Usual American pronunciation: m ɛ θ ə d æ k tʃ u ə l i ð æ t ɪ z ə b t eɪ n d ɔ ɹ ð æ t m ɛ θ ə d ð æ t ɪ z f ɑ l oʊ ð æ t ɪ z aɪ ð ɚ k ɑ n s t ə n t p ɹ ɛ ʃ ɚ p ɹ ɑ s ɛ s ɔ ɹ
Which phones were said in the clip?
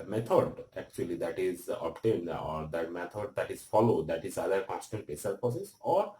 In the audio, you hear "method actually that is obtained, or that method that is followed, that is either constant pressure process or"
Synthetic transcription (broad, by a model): m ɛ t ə d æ k tʃ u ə l i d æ t ɪ z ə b t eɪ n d ɔ ɹ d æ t m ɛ t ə d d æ t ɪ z f ɑ l oʊ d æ t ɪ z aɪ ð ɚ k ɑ s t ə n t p ɛ s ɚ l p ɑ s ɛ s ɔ ɹ